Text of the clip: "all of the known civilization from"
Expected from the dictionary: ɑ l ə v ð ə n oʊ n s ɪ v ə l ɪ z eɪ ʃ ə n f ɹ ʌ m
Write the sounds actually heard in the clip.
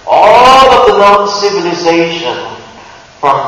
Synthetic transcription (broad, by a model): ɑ l ə v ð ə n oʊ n s ɪ v ə l ɪ z eɪ ʃ ə n f ɹ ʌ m